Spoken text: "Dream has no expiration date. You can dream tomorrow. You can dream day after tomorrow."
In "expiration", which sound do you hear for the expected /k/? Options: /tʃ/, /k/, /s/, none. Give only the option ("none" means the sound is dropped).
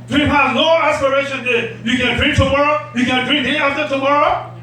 none